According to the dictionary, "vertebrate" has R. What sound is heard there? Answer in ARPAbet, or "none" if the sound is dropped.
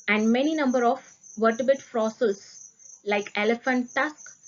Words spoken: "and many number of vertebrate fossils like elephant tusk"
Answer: none